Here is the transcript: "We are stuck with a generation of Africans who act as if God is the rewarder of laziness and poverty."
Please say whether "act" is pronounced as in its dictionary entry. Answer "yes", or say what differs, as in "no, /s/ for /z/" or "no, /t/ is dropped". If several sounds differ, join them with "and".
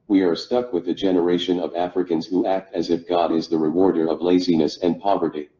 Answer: yes